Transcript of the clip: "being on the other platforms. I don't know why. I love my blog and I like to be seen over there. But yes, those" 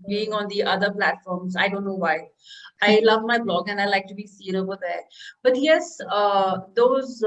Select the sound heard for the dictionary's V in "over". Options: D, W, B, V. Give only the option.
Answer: B